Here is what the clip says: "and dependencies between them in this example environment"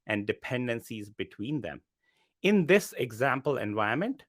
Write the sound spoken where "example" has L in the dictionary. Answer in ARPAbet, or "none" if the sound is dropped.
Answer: L